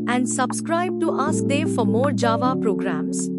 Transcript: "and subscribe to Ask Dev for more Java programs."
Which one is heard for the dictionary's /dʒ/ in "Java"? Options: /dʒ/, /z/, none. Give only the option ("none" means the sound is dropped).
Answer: /dʒ/